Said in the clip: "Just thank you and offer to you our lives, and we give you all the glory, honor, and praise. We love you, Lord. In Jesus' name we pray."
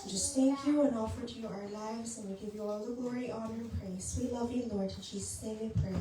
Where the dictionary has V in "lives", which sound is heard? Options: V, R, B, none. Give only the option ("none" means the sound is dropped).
V